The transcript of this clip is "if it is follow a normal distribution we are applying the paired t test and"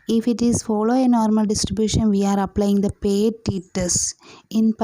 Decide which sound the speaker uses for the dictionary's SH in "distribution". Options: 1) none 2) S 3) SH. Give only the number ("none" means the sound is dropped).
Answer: 3